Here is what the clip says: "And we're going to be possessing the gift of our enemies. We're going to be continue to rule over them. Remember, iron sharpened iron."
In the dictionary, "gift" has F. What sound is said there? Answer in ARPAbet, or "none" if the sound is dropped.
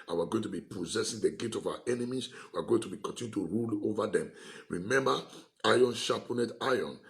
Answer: none